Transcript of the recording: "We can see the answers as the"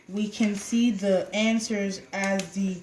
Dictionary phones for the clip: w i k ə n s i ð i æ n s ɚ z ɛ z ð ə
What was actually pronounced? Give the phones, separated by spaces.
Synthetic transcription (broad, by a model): w i k ə n s i ð i æ n s ɚ z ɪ z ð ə